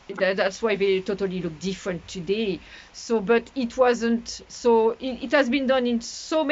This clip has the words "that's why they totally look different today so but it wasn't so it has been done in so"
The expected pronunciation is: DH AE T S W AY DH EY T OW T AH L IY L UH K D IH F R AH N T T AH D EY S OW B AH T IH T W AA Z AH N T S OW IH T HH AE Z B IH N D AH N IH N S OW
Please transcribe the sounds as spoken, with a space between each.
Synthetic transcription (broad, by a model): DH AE T S W AY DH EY T OW T AH L IY L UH K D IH F R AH N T T AH D EY S OW B AH T IH T W AA Z AH N T S OW IH T HH AE Z B IH N D AH N IH N S OW